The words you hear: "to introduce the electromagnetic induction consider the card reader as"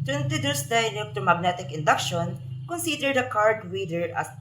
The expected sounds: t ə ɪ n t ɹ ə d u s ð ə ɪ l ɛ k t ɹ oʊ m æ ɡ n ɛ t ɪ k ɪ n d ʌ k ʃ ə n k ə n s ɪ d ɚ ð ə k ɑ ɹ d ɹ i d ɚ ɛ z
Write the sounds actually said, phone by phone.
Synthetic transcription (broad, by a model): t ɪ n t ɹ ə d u s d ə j n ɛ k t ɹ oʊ m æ ɡ n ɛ t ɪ k ɪ n d ʌ k ʃ ə n k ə n s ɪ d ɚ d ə k ɑ ɹ d ɹ i d ɚ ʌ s